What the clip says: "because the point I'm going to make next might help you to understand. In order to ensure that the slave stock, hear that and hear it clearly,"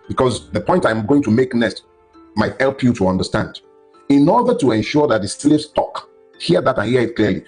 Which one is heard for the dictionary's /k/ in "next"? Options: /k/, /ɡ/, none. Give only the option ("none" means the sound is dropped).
none